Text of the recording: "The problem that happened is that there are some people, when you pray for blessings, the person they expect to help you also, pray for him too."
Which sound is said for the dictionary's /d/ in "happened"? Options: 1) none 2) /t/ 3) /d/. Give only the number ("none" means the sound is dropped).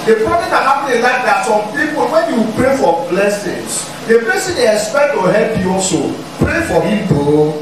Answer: 1